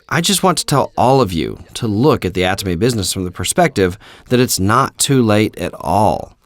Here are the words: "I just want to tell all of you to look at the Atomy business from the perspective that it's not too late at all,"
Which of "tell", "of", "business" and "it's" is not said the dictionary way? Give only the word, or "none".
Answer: none